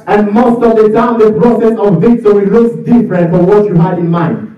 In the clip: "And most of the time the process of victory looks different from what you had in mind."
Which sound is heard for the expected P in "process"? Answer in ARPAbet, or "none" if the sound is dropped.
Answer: B